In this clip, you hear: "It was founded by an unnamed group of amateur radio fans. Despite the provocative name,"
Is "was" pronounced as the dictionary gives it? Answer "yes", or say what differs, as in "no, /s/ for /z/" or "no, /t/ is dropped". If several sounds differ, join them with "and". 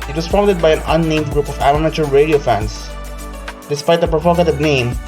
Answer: no, /s/ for /z/